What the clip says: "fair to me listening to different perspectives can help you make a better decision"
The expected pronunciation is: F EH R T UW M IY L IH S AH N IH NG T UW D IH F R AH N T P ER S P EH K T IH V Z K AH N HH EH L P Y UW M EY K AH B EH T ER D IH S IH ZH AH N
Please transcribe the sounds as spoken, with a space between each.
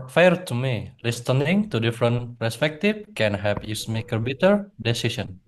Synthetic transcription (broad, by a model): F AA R T UW M IY L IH S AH N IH NG T UW D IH F R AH N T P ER S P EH K T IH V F K AH N HH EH P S M EY K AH B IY T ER D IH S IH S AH N